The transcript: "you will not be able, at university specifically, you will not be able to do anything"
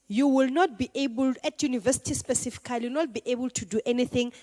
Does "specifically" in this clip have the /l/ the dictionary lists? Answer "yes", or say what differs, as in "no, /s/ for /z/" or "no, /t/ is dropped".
no, /l/ is dropped